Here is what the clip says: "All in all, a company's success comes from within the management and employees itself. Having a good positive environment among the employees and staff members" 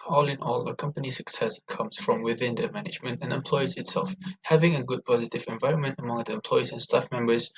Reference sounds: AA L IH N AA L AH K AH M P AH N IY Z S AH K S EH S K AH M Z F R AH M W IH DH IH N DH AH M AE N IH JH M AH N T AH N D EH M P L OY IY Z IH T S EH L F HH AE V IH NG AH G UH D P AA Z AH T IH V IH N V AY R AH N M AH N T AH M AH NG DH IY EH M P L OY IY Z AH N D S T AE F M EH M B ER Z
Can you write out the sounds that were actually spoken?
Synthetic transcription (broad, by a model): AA L IH N AA L AH K AH M P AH N IY S AH K S EH S K AH M Z F R AH M W IH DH IH N DH AH M AE N IH JH M AH N T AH N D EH M P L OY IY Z IH T S EH L F HH AE V IH NG AH G UH D P AA Z AH T IH V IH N V AY R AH N M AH N T AH M AH NG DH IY EH M P L OY IY Z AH N S T AE F M EH M B ER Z